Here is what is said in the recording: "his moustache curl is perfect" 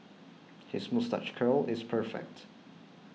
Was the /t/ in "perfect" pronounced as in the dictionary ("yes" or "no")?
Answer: yes